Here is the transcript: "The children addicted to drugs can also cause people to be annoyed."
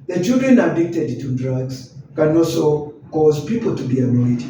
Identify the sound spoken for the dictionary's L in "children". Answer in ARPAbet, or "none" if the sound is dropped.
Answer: none